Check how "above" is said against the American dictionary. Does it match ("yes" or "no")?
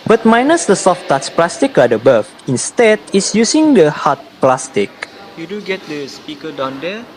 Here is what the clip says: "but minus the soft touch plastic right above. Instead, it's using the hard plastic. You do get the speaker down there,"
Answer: no